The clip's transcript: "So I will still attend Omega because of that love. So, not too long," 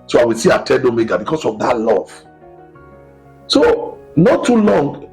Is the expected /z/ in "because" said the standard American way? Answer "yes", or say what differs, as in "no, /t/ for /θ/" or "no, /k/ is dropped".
no, /s/ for /z/